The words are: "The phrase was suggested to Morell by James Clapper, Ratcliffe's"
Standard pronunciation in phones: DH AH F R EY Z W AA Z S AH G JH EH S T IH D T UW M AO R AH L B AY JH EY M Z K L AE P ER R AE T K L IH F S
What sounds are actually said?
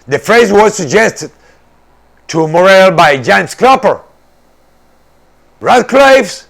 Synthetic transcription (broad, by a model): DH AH F R EY Z W AA Z S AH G JH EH S T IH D T UW M AO R AH L B AY JH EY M S K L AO P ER R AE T K L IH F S